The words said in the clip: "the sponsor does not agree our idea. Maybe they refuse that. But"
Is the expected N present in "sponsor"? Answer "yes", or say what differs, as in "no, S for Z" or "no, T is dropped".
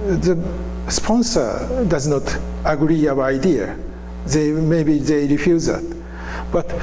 yes